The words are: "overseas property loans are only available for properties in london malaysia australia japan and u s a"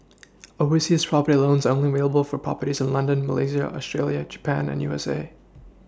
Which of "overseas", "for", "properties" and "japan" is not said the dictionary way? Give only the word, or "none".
overseas